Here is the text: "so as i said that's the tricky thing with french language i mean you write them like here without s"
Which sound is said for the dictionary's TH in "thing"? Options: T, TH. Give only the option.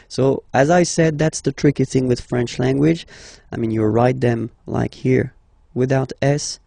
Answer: TH